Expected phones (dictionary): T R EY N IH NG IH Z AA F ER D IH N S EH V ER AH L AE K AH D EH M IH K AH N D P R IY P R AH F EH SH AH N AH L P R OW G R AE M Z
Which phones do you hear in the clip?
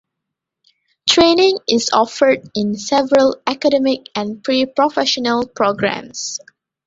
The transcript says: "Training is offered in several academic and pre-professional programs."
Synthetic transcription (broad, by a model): T R EY N IH NG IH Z AA F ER D IH N S EH V ER AH L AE K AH D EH M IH K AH N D P R IY P R AH F EH SH AH N AH L P R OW G R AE M S